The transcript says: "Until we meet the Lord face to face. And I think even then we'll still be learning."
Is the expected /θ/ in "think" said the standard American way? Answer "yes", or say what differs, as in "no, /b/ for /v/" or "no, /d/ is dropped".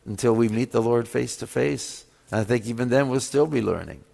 yes